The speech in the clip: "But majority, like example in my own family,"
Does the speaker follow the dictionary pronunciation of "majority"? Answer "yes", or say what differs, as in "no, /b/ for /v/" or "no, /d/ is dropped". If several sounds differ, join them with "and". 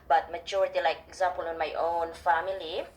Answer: no, /tʃ/ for /dʒ/